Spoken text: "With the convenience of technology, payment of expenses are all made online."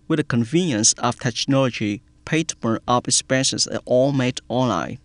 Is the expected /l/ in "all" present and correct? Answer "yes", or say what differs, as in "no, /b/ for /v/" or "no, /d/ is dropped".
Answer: yes